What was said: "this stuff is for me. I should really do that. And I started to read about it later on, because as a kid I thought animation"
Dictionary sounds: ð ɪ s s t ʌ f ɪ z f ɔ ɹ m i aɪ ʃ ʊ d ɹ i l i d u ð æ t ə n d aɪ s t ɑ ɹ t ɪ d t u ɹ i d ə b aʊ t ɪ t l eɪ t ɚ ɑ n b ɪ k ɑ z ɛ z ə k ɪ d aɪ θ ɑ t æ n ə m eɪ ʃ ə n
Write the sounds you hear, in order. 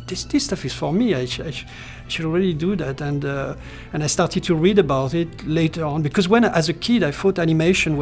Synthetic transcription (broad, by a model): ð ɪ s s t ʌ f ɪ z f ɔ ɹ m i aɪ ʃ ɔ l ɹ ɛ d i d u ð æ t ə n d aɪ s t ɑ ɹ t ɪ d t u ɹ i d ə b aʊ t ɪ t l eɪ t ɚ ɑ n b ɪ k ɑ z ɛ z ə k ɪ d aɪ f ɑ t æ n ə m eɪ ʃ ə n